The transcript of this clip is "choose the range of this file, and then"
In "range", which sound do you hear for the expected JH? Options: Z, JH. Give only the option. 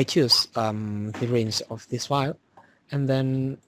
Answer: Z